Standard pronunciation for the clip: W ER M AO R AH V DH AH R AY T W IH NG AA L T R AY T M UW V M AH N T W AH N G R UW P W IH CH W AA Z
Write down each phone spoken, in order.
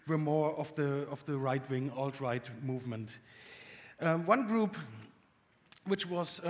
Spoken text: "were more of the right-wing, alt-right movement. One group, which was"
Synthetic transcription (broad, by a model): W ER M AO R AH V DH AH R AY T W IH NG AA L T R AY T M UW V M AH N T W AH N G R UW P W IH CH W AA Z